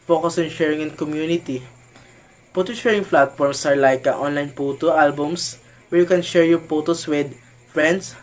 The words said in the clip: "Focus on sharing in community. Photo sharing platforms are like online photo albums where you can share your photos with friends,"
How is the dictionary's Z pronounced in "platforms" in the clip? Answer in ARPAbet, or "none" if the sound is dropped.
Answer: S